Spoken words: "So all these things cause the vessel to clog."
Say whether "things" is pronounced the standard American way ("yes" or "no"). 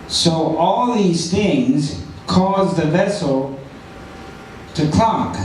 yes